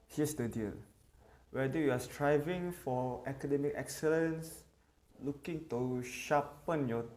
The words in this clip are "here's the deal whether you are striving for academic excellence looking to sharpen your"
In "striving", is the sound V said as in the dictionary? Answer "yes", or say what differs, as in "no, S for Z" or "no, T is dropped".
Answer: yes